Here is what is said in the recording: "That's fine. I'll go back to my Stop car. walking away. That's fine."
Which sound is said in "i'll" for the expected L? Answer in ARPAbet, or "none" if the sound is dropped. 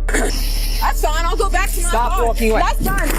L